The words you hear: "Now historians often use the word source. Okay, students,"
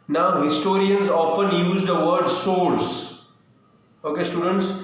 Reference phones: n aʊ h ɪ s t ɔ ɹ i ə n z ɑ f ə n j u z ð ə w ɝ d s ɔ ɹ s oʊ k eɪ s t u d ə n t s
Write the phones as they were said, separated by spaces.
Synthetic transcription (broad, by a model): n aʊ h ɪ s t ɔ ɹ i ə n z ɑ f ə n j u z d ə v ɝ d s ɔ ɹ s oʊ k eɪ s t u d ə n t s